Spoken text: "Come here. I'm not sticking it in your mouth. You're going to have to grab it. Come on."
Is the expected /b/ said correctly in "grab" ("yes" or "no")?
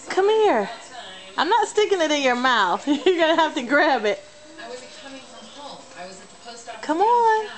yes